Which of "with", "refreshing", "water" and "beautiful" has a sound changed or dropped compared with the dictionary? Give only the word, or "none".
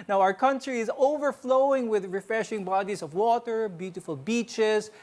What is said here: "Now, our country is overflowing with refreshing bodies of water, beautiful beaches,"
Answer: none